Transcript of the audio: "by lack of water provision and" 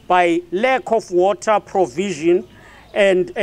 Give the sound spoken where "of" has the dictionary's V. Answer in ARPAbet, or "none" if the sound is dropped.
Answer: F